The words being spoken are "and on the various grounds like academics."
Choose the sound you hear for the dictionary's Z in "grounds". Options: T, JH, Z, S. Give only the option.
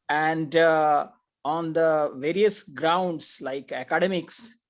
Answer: S